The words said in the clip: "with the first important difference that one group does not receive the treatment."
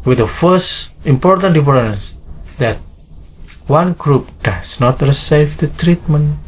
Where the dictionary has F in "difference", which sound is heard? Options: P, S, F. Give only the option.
P